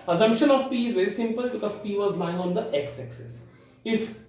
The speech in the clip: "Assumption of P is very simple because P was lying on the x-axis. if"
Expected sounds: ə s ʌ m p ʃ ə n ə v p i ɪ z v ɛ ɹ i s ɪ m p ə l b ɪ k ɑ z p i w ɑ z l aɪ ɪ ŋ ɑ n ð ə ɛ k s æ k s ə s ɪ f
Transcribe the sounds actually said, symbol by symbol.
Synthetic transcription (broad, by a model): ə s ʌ m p ʃ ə n ə v p i ɪ z v ɛ ɹ i s ɪ m p ə l b ɪ k ɑ z p i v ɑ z l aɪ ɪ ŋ ɑ n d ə ɛ k s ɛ k s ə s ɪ f